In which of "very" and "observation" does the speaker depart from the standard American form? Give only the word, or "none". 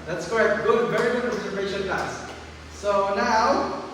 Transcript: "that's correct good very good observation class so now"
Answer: observation